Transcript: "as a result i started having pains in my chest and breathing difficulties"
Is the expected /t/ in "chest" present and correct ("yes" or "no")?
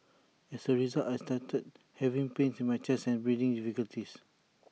no